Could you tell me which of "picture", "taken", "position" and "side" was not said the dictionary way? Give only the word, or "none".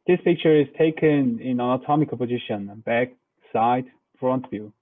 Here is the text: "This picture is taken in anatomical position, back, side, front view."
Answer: none